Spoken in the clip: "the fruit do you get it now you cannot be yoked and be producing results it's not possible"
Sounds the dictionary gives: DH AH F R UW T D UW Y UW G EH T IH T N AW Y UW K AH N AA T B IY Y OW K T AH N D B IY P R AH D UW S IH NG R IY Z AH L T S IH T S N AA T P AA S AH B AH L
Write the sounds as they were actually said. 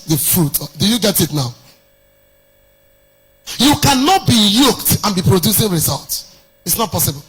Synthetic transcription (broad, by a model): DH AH F R UW T D UW Y UW G EH T IH T N AW Y UW K AH N AA T B IY Y OW K T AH N B IY P R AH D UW S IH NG R IY Z AH L T S IH T S N AA T P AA S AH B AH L